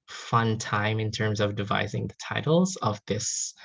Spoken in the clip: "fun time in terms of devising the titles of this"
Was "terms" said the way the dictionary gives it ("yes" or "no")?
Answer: yes